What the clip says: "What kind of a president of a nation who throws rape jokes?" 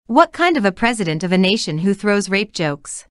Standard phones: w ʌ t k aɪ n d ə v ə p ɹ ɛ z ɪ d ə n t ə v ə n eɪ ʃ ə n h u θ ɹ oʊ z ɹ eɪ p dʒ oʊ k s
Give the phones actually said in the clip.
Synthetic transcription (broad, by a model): w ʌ t k aɪ n d ə v ə p ɹ ɛ z ɪ d ə n t ə v ə n eɪ ʃ ə n h u θ ɹ oʊ z ɹ eɪ p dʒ oʊ k s